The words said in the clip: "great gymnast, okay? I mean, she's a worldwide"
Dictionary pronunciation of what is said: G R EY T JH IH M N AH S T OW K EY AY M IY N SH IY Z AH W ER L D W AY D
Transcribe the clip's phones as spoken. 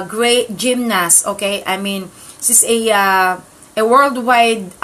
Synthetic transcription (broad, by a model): G R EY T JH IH M N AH S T OW K EY AY M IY N S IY S AH W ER L D W AY D